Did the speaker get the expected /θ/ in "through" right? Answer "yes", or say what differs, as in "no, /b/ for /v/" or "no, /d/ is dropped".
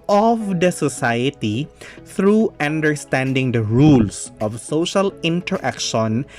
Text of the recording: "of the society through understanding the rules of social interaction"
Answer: no, /t/ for /θ/